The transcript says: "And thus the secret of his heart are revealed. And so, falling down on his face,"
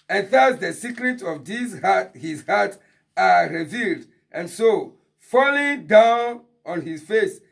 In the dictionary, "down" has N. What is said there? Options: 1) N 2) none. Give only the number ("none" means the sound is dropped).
1